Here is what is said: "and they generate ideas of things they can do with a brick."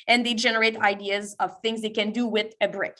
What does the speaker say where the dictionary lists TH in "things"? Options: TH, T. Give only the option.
TH